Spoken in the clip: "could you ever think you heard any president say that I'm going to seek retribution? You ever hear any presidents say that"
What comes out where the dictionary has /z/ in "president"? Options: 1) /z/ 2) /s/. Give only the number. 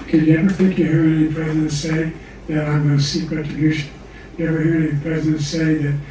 1